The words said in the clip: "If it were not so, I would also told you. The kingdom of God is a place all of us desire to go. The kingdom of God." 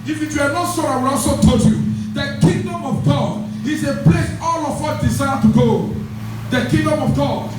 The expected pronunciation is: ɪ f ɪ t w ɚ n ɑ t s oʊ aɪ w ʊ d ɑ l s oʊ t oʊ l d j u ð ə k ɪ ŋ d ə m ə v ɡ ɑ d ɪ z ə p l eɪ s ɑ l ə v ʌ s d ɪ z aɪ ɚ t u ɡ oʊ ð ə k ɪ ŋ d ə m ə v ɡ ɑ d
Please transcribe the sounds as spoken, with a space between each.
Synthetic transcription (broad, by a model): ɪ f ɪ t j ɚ n ɑ t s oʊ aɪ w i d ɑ s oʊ t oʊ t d j u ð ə k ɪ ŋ d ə m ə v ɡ ɑ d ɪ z ə p l eɪ s ɑ l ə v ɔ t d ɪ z aɪ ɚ t u ɡ oʊ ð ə k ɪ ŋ d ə m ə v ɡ ɑ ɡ